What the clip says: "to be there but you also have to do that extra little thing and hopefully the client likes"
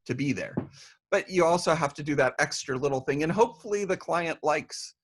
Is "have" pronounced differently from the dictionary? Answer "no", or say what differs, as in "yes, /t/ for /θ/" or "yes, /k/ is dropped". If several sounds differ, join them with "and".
yes, /f/ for /v/